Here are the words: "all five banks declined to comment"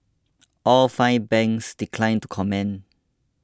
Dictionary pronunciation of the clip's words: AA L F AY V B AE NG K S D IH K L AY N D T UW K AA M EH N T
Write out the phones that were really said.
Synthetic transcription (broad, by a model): AA L F AY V B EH NG K S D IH K L AY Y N T UW K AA M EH N